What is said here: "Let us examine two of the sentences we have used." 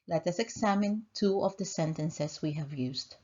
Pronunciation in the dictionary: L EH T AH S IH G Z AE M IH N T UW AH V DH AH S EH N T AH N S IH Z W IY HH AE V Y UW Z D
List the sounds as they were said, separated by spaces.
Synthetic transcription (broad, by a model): L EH T AH S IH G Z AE M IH N T UW AH V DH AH S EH N T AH N S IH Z W IY HH AE V Y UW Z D